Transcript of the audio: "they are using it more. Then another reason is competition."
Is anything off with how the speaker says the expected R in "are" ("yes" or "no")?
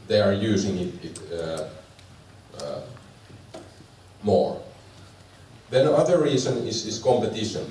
no